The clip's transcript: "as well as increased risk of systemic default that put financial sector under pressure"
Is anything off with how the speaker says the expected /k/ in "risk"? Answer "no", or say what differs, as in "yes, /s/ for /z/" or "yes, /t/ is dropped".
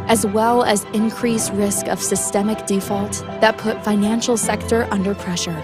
no